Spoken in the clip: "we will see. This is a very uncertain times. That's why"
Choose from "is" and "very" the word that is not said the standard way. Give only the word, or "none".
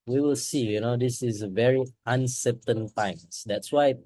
is